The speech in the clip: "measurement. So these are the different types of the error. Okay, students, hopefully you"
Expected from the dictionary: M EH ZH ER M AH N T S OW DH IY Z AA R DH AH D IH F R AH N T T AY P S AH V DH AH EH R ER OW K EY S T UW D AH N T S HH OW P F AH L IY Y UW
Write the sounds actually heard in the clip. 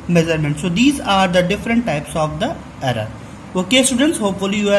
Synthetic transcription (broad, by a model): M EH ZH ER M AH N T S OW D IY Z AA R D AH D IH F R AH N T T AY P S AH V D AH EH R ER OW K EY S T UW D AH N T S HH OW P F AH L IY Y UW